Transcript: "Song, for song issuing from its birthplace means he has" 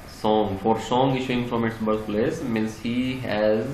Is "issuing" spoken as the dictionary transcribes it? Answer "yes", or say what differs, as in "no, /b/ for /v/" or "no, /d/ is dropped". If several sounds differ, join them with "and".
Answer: yes